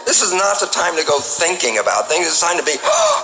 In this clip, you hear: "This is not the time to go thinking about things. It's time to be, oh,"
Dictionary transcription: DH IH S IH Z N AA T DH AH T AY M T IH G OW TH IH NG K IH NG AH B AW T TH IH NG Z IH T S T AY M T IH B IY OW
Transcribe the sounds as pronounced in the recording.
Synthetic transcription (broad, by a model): DH IH S IH Z N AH T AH T AY M T IH G OW TH IH NG K IH NG AH B AW T TH IH NG Z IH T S AY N T IH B IY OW